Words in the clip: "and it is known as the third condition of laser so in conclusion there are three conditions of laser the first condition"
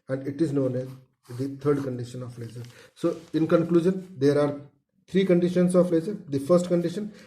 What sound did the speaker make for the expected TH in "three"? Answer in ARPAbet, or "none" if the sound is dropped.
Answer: T